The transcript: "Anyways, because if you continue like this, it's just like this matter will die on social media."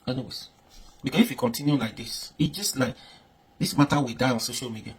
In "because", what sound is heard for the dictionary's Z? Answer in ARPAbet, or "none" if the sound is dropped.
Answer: S